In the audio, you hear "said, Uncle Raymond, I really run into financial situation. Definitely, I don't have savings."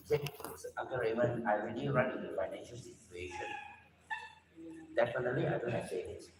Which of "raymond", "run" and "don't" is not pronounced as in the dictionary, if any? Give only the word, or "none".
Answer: raymond